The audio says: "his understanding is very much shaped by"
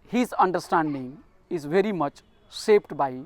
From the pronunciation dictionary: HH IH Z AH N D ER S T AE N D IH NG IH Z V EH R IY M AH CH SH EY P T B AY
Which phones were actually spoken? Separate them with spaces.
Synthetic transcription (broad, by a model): HH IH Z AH N D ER S T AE N D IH NG IH Z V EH R IY M AH CH S EY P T B AY